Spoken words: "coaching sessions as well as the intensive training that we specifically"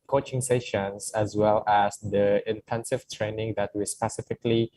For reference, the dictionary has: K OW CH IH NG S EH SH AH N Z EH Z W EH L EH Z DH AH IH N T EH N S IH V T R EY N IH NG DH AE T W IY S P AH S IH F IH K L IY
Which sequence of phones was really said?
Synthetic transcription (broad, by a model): K OW CH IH NG S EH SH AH N S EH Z W EH L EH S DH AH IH N T EH N S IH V T R EY N IH NG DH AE T W IY S P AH S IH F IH K L IY